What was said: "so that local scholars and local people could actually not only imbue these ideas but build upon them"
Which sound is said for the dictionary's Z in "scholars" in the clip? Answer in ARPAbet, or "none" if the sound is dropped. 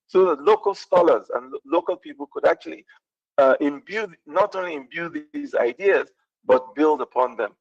Z